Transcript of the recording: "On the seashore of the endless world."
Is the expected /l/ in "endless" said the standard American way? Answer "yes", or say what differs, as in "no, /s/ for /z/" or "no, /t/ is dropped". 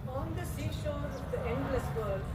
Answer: yes